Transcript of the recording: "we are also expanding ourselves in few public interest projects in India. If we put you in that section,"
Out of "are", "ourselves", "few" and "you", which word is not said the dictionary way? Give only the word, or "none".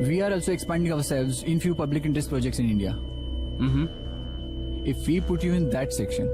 none